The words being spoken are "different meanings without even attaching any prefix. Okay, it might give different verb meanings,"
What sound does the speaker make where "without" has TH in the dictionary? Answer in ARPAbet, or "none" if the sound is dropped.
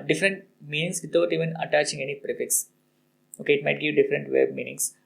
T